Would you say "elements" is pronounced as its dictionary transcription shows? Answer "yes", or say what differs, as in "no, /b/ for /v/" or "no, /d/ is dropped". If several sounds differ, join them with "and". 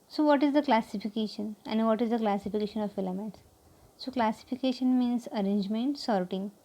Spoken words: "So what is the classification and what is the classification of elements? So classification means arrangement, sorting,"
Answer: no, /n/ is dropped